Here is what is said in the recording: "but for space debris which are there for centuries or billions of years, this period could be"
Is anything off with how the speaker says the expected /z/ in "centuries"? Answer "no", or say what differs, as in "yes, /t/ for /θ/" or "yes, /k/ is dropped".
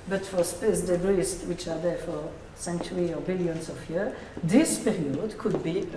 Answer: yes, /z/ is dropped